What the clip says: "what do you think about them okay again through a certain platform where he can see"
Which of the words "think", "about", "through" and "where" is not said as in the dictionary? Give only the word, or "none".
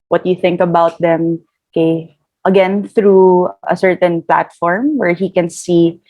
none